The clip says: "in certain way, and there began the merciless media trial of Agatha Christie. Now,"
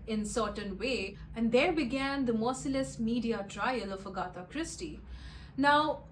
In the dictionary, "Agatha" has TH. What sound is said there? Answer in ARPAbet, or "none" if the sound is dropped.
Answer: T